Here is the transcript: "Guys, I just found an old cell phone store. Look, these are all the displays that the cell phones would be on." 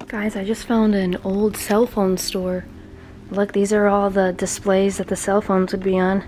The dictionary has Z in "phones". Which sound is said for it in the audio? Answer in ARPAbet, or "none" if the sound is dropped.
Z